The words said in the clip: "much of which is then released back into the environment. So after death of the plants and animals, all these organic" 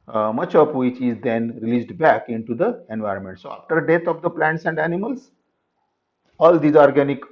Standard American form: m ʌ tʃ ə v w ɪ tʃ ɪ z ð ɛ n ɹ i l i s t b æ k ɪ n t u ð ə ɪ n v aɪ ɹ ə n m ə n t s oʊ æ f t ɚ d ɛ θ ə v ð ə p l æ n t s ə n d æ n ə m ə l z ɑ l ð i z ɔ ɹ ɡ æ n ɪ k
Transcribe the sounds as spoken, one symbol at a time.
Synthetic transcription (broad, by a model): m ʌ tʃ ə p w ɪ tʃ ɪ z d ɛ n ɹ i l i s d b æ k ɪ n t u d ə ɪ n v aɪ ɹ ə n m ə n t s oʊ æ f t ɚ d ɛ t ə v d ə p l æ n t s ə n d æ n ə m ə l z ɑ l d i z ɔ ɹ ɡ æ n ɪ k